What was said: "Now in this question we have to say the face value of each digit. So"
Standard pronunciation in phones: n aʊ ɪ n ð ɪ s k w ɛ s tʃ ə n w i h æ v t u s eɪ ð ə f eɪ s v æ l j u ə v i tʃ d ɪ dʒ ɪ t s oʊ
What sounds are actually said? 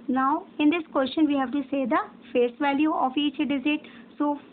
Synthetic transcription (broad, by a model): n aʊ ɪ n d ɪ s k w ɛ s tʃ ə n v i h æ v t u s eɪ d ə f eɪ s v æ l j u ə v i tʃ d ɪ z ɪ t s oʊ